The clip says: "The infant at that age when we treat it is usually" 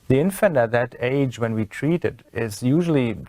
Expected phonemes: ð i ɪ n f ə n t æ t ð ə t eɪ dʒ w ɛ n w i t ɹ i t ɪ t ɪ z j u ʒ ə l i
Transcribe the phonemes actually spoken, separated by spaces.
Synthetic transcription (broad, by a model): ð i ɪ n f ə n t æ t ð ə t eɪ dʒ w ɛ n w i t ɹ i t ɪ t ɪ z j u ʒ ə l i